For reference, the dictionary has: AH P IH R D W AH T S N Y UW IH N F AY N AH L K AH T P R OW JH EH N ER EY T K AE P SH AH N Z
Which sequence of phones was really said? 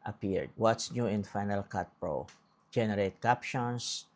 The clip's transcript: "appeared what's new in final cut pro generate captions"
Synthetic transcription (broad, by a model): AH P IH R D W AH T S N Y UW IH N F AY N AH L K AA T P R OW JH EH N ER EY T K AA P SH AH N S